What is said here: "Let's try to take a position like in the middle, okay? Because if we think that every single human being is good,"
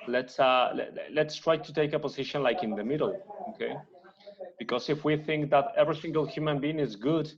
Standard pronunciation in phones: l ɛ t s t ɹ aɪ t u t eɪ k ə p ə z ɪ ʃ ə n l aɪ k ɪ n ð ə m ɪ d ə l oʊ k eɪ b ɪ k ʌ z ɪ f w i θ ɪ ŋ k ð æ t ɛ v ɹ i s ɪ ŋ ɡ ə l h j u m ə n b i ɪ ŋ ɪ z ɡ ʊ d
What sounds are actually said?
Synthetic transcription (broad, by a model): l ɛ t s t ɹ aɪ t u t eɪ k ə p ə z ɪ ʃ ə n l aɪ k ɪ n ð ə m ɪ d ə l oʊ k eɪ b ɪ k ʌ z ɪ f w i θ ɪ ŋ k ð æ t ɛ v ɹ i s ɪ ŋ ɡ ə l h j u m ə n b i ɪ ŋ ɪ z ɡ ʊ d